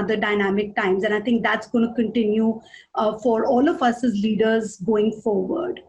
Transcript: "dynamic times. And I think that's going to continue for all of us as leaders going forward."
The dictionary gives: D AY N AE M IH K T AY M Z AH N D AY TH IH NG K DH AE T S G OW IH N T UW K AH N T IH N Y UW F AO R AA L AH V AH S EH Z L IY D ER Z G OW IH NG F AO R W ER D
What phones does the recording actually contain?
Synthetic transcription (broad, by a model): D AY N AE M IH K T AY M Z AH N AY T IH NG K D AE T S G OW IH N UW K AH N T IH N Y UW F AO R AA L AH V AH S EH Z L IY D ER Z G OW IH NG F AO R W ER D